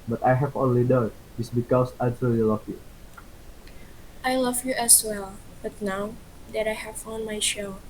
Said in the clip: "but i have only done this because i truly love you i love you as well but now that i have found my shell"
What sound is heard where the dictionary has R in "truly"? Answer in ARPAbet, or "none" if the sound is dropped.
none